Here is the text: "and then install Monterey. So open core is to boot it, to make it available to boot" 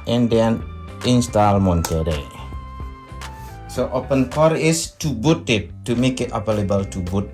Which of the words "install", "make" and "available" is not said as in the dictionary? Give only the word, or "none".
available